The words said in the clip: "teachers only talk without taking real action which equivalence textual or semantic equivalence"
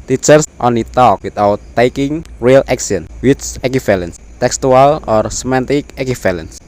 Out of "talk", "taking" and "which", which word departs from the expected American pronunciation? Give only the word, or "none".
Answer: which